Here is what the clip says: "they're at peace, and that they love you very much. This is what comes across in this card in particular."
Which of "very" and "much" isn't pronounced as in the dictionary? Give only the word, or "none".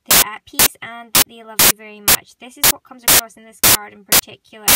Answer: none